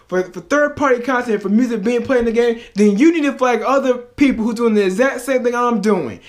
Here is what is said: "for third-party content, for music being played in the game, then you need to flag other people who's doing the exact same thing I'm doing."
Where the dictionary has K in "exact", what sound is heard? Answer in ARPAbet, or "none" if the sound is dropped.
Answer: none